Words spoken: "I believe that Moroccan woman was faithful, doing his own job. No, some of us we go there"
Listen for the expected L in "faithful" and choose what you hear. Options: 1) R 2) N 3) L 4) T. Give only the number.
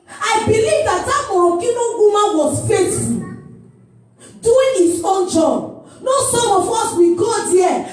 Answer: 2